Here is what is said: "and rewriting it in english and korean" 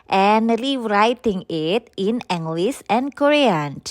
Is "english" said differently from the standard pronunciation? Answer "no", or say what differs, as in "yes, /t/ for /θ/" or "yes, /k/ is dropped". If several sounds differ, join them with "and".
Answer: yes, /s/ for /ʃ/